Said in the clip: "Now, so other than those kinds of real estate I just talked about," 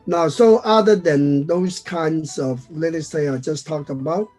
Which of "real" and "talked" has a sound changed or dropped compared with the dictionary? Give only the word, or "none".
real